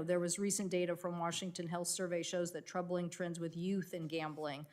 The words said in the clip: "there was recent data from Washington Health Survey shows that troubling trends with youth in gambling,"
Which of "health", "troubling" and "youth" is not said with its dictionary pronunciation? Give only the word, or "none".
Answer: none